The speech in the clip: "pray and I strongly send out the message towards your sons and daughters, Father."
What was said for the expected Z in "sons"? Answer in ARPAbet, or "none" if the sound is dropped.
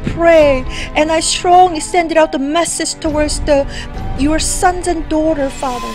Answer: Z